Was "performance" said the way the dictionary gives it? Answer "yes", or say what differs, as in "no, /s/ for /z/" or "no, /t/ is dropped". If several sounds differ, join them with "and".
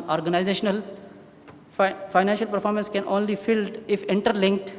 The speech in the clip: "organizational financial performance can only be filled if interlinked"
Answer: yes